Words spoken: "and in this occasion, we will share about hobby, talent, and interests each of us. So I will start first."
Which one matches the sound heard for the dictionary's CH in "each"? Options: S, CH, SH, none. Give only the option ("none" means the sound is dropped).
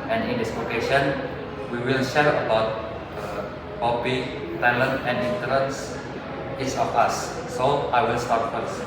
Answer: S